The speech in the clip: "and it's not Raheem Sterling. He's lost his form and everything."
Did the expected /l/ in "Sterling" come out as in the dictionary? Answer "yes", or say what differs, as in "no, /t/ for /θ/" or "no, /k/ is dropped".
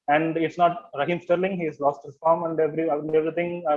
yes